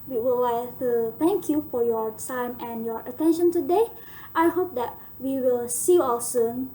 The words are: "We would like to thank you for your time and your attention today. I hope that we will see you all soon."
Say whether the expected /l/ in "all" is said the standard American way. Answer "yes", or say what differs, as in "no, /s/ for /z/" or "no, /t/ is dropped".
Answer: no, /w/ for /l/